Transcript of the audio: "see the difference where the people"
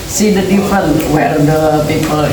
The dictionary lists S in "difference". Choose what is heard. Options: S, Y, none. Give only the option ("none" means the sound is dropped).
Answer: none